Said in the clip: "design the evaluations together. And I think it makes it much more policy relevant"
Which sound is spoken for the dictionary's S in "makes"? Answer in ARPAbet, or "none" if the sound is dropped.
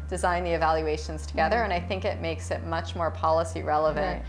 S